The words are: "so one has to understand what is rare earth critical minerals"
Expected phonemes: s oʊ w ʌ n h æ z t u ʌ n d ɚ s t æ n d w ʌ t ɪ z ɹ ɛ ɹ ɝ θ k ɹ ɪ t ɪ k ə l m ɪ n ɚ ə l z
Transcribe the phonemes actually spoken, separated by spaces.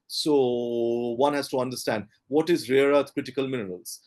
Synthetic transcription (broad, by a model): s oʊ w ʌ n h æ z t u ʌ n d ɚ s t æ n d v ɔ t ɪ z ɹ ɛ ɹ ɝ t k ɹ ɪ t ɪ k ə l m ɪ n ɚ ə l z